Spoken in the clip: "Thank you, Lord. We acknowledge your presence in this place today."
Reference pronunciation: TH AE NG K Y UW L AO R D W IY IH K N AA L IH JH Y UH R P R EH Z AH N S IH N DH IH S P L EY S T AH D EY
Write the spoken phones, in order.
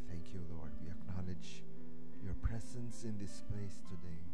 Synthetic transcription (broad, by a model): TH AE NG K Y UW L AO R D W IY IH K N AA L IH JH Y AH R P R EH Z AH N S IH N DH IH S P L EY S T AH D EY